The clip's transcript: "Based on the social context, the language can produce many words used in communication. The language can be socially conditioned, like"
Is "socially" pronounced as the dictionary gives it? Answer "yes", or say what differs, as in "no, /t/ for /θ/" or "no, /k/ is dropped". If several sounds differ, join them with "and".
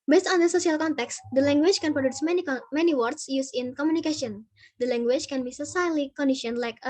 no, /s/ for /ʃ/